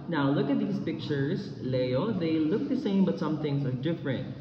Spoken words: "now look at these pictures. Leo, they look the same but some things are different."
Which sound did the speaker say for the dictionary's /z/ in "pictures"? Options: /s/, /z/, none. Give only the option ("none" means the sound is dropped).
/s/